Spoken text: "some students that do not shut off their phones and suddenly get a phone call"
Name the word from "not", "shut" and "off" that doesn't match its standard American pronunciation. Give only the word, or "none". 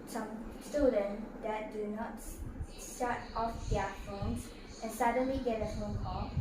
shut